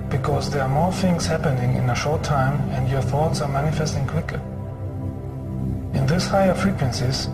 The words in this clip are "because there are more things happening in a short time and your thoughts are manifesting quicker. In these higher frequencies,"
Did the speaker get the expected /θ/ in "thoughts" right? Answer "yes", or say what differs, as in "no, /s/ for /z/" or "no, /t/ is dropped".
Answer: yes